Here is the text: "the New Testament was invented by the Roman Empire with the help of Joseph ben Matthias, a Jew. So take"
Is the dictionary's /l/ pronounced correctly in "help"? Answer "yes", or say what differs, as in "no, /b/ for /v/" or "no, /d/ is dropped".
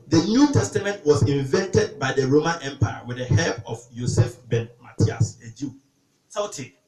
no, /l/ is dropped